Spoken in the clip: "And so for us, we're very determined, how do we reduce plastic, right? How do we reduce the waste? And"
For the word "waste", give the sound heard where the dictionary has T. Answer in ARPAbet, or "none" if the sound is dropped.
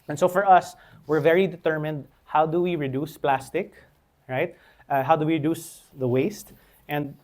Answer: T